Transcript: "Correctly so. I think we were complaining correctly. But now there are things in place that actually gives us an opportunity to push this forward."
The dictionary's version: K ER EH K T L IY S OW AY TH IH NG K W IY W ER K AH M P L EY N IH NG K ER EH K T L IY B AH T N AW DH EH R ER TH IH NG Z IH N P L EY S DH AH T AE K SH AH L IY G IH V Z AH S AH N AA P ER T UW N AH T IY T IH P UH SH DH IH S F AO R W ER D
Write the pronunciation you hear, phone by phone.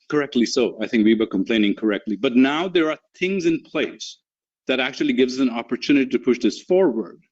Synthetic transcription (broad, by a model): K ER EH K T L IY S OW AY TH IH NG K W IY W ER K AH M P L EY N IH NG K ER EH K T L IY B AH T N AW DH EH R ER TH IH NG Z IH N P L EY S DH AH T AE K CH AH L IY G IH V Z AH S AH N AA P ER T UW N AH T IY T IH P UH SH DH IH S F AO R W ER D